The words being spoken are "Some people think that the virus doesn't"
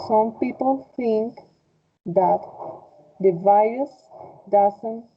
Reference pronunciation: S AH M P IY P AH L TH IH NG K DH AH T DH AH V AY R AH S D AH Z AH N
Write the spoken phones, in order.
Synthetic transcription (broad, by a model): S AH M P IY P AH L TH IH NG K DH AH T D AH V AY AH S D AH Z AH N